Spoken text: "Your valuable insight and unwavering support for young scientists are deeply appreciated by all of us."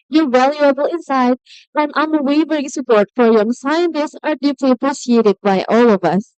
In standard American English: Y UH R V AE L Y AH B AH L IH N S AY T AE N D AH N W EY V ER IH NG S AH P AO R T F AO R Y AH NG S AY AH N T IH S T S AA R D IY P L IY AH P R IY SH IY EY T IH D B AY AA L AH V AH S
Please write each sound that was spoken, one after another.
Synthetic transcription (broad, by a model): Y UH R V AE L Y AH B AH L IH N S AY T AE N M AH W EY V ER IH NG S AH P AO R T F AO R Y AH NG S AY AH N T IH S T S AA R D IY P L IY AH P R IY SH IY EY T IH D B AY AA L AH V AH S